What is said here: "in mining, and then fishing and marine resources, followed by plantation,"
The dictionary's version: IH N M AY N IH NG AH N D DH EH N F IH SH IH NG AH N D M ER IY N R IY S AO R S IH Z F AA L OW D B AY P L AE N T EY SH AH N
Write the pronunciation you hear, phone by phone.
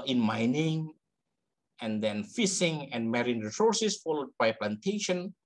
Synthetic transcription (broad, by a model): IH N M AY N IH NG AH N D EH N F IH S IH NG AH N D M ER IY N R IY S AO R S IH S F AA L OW D B AY P L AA N T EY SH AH N